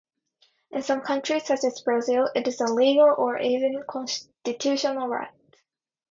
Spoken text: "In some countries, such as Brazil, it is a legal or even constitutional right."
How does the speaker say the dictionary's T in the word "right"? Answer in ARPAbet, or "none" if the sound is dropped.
T